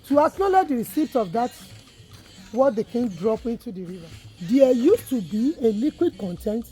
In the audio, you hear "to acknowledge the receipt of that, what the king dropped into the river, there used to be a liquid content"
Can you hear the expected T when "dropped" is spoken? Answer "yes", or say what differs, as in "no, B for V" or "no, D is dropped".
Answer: no, T is dropped